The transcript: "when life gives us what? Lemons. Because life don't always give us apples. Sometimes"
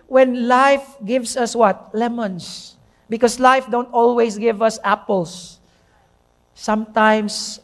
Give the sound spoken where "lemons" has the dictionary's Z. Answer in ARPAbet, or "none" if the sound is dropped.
S